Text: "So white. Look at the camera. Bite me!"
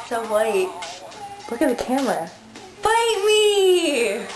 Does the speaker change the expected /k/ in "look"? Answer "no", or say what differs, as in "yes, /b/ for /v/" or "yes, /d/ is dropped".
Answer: no